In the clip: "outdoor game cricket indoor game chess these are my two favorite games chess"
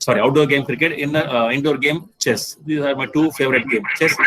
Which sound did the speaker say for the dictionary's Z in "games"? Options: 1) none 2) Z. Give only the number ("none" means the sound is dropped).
1